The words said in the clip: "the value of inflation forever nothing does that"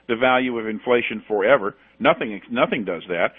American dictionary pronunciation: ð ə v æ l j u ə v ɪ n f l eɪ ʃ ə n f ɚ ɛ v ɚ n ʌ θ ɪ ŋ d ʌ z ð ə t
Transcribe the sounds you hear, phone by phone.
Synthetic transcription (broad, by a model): ð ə v æ l j u ə v ɪ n f l eɪ ʃ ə n f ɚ ɛ v ɚ n ʌ θ ɪ ŋ d ʌ z ð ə t